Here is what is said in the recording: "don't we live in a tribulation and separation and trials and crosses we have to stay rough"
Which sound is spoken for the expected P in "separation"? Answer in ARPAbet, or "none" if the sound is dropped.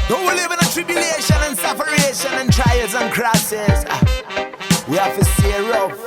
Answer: F